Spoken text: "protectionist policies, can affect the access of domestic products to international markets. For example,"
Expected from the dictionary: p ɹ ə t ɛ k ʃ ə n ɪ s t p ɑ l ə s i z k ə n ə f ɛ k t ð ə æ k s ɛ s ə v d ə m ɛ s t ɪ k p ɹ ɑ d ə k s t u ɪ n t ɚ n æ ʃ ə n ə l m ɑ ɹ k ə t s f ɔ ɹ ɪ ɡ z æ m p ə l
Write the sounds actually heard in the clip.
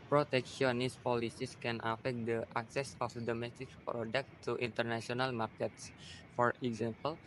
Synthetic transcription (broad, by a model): p ɹ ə t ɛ k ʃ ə n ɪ s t p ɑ l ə s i s k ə n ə f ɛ k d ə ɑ k s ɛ s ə f d ə m ɛ s t ɪ k p ɹ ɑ d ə k t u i n t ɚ n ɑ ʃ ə n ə l m ɑ ɹ k ə t s f ɔ ɹ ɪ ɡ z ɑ m p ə l